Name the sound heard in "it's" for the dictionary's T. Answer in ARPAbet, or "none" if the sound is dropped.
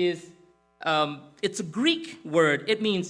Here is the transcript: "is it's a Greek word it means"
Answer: T